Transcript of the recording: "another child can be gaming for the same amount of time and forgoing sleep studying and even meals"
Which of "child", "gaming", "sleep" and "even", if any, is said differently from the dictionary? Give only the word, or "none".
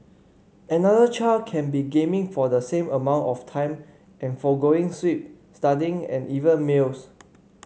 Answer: sleep